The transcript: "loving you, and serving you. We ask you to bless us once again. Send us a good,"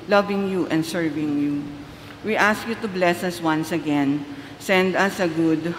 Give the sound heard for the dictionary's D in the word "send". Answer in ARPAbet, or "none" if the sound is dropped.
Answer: D